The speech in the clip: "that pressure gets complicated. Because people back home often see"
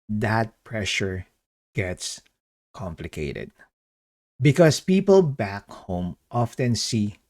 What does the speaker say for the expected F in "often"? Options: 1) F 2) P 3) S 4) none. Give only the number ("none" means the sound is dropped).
1